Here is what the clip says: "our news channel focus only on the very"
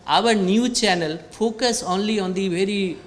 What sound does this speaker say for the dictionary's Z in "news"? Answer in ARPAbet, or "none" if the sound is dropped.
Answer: none